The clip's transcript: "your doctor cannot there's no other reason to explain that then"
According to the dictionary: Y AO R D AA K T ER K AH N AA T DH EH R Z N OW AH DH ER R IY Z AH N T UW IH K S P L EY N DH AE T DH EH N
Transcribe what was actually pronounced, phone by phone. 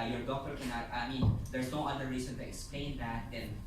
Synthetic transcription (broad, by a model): Y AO R D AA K T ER K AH N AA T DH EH R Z N OW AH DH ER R IY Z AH N T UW IH K S P L EY N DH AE T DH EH N